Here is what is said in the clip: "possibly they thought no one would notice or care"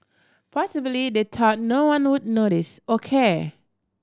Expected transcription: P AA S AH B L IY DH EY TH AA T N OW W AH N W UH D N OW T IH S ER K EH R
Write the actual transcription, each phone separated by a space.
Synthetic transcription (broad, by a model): P AA S AH B L IY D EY T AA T N OW W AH N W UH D N OW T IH S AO K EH